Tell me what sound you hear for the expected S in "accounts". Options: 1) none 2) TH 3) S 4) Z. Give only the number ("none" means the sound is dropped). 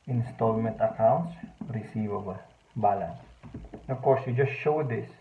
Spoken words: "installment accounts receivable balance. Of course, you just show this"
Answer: 3